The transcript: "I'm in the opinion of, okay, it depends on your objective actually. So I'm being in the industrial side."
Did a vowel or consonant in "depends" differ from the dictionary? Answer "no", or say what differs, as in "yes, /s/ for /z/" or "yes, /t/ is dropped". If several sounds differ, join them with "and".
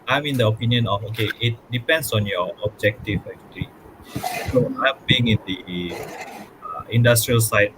yes, /s/ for /z/